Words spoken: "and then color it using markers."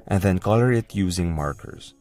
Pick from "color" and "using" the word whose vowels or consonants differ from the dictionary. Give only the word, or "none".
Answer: none